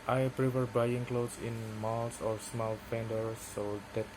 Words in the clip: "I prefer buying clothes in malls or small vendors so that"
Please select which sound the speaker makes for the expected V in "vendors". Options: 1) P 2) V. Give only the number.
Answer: 1